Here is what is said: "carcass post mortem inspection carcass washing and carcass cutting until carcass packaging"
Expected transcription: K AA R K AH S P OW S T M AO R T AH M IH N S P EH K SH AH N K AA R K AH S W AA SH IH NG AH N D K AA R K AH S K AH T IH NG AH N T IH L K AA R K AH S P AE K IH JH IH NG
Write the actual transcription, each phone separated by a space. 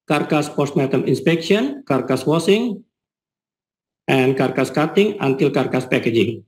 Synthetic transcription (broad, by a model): K AA R K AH S P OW S T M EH T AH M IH N S P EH K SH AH N K AA R K AH S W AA S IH NG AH N K AA R K AH S K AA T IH NG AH N T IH L K AA R K AH S P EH K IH JH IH NG